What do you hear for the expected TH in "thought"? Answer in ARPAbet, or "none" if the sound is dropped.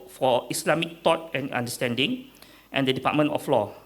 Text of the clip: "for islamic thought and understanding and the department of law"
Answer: T